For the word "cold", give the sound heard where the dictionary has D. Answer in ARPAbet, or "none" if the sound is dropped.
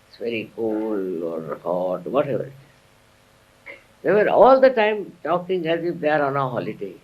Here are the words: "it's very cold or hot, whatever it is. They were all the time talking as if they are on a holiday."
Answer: none